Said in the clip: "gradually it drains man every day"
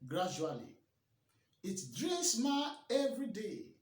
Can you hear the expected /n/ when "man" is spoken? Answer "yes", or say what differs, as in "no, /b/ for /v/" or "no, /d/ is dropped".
no, /n/ is dropped